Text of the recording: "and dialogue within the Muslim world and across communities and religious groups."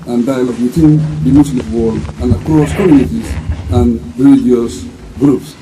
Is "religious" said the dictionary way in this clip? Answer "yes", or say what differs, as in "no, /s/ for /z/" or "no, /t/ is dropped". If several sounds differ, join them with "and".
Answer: no, /dʒ/ is dropped